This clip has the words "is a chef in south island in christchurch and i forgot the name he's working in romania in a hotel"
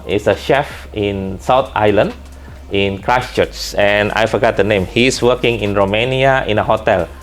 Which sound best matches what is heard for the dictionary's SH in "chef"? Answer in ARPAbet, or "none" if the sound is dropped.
SH